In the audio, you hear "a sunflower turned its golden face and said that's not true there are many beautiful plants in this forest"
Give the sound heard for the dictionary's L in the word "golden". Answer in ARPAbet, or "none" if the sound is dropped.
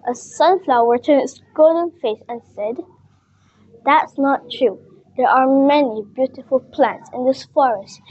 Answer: none